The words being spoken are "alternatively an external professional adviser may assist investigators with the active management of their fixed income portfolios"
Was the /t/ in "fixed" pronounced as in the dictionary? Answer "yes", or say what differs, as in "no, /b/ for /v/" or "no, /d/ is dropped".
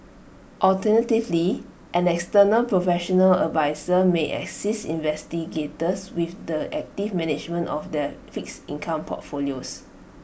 no, /t/ is dropped